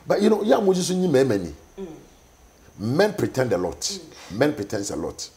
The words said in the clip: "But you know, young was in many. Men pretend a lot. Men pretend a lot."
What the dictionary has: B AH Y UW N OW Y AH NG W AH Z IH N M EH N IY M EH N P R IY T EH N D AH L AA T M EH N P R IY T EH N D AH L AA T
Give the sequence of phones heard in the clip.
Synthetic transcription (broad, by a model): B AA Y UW N OW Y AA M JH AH S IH N M EH N IY M EH N P R IY T EH N D AH L AA T M EH N P R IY T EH N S AH L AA T